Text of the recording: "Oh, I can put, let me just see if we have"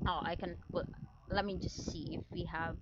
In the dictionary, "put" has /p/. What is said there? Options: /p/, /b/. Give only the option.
/b/